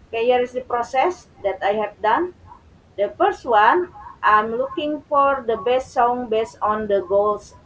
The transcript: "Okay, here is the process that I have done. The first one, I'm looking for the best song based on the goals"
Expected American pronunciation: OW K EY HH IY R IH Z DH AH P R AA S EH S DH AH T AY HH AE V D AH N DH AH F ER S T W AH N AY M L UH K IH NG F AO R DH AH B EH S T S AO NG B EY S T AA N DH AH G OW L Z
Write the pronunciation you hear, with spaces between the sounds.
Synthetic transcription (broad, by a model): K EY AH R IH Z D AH P R AA S EH S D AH T AY HH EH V D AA N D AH F ER S T W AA N AY M L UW K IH NG F AO R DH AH B EH S T S AO NG B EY S AA N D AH G OW L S